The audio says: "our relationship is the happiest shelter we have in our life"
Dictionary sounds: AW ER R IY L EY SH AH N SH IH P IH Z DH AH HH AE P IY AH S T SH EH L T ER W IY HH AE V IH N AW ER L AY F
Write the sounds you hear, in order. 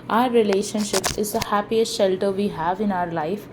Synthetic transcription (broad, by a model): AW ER R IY L EY SH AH N SH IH P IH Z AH HH AE P IY AH S T SH EH L T ER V IY HH AE V IH N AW ER L AY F